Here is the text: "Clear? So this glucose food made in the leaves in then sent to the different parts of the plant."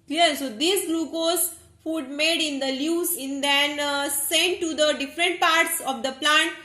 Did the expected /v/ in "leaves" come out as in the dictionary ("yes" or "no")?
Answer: no